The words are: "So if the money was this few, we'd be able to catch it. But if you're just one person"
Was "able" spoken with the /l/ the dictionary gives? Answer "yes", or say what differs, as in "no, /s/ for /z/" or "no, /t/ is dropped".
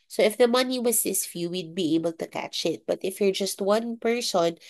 yes